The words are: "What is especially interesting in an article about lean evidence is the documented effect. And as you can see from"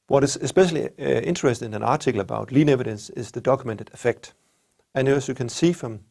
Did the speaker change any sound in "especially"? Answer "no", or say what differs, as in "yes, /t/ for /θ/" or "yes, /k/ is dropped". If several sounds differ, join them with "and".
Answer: no